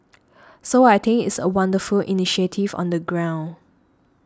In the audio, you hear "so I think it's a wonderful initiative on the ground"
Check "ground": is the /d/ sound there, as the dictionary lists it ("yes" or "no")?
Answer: no